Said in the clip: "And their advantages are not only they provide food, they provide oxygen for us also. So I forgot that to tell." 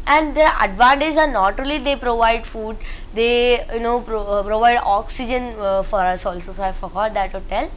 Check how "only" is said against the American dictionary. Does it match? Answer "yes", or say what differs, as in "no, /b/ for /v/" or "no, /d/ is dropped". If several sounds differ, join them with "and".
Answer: no, /n/ is dropped